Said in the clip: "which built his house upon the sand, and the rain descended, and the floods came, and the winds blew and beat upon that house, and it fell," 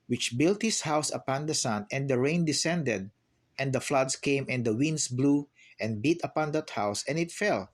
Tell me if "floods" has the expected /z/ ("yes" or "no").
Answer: no